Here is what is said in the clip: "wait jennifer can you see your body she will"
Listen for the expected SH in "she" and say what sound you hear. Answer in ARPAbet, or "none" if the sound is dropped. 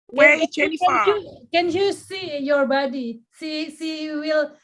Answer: S